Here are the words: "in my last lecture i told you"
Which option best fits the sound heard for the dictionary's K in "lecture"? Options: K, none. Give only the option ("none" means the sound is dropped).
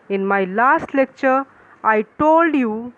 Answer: K